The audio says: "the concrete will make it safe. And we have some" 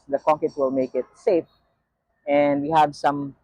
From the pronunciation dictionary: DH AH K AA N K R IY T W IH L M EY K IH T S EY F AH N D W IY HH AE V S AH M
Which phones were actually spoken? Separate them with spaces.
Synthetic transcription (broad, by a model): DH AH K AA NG K IY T W IH L M EY K IH T S EY F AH N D W IY HH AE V S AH M